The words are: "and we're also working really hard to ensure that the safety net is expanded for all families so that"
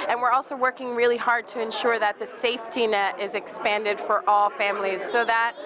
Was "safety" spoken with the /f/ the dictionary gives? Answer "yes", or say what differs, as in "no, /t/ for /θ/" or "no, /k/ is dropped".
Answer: yes